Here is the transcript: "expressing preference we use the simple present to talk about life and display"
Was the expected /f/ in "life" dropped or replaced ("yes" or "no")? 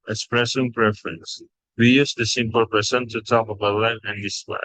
yes